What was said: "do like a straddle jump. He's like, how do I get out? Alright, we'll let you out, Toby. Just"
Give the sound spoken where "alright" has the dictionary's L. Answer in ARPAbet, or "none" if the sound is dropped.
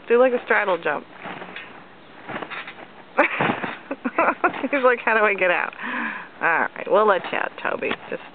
none